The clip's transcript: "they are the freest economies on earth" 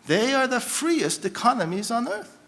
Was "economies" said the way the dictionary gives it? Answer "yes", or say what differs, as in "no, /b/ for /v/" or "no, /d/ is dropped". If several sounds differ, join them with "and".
yes